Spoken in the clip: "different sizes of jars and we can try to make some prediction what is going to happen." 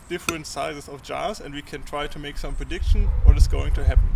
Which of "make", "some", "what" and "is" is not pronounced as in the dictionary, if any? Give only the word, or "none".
is